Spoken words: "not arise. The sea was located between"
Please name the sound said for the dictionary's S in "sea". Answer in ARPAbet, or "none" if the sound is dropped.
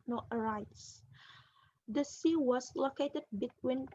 S